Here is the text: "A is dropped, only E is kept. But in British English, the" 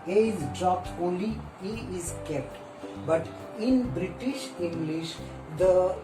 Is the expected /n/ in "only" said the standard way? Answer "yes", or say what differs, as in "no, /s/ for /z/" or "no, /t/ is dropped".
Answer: no, /n/ is dropped